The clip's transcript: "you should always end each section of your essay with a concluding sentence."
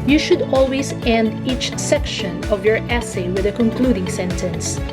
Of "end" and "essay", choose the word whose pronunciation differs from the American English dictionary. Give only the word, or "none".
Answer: none